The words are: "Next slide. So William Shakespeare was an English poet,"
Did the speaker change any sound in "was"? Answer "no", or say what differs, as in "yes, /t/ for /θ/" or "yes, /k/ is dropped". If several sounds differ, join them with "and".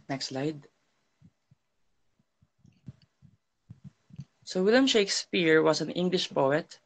yes, /s/ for /z/